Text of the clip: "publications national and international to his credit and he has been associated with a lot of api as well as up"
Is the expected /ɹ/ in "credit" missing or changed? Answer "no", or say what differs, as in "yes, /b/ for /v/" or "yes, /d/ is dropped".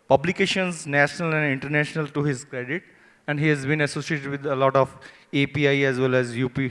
no